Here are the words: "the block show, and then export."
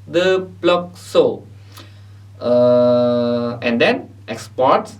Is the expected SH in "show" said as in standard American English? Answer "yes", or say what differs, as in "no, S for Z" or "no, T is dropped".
no, S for SH